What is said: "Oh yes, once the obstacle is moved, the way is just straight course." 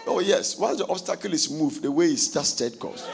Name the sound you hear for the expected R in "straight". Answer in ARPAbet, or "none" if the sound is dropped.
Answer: none